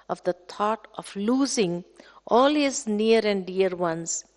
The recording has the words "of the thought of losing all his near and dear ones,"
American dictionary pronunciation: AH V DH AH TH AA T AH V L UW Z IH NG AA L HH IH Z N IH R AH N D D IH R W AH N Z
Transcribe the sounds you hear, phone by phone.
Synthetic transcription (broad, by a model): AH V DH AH T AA T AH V L UW Z IH NG AA L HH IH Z N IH R AH N D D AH R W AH N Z